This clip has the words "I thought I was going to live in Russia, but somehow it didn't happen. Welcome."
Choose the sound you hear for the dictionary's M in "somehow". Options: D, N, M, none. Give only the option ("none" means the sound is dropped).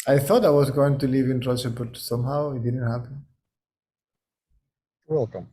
M